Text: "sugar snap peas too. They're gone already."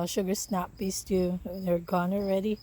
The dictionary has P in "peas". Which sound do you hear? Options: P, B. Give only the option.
B